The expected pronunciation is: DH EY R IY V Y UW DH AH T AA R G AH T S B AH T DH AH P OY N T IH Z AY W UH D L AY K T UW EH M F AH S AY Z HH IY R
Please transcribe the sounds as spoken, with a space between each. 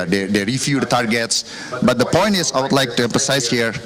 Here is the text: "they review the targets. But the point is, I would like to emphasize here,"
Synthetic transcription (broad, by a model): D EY R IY F Y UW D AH T AA R G AH T S B AH T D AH P OY N T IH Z AY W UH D L AY K T UW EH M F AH S AY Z HH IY R